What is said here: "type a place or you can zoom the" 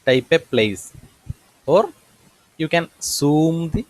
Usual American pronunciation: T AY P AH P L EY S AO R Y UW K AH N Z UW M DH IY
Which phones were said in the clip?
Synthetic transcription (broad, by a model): T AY P AH P L EY S AO R Y UW K AH N S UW M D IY